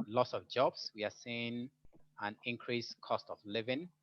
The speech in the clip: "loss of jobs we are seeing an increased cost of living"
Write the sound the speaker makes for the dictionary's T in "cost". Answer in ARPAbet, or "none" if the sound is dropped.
T